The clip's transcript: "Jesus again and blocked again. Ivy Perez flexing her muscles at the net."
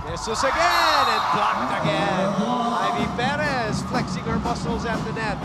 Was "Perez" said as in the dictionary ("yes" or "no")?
no